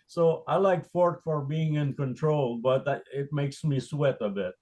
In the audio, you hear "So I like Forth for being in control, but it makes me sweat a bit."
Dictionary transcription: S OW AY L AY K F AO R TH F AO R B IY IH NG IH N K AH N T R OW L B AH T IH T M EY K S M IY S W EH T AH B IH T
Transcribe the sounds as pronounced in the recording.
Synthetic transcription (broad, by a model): S OW AY L AY K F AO R T F AO R B IY IH NG IH N K AH N T R OW L B AH T IH T M EY K S M IY S W EH T AH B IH T